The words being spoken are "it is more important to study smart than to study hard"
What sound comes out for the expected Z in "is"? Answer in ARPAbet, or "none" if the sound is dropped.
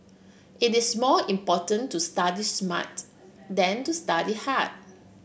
S